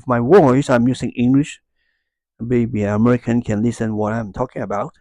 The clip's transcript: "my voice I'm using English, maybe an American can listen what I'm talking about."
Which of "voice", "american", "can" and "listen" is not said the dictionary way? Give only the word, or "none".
voice